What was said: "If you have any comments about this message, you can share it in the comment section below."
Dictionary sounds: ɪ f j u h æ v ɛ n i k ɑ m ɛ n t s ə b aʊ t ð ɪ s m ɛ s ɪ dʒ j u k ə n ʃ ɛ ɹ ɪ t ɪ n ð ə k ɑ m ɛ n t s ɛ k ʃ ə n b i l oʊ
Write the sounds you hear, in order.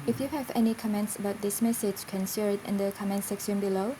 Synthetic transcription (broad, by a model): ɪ f j u h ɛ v ɛ n i k ɑ m ɛ n t s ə b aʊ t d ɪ s m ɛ s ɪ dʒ k ə n s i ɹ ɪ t ɪ n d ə k ɑ m ɛ n t s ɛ k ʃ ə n b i l oʊ